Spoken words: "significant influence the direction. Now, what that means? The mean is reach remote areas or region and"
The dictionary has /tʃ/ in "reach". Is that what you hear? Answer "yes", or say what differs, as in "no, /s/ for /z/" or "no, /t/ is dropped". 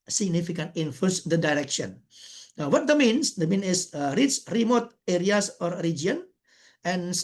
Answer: no, /s/ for /tʃ/